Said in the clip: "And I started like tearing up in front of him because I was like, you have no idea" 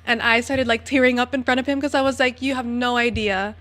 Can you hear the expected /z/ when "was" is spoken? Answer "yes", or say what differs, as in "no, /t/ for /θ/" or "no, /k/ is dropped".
yes